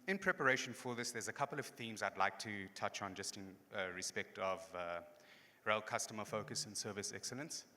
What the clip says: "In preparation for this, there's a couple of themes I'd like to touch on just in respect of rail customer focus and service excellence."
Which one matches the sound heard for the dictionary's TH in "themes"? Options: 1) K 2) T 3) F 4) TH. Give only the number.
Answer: 4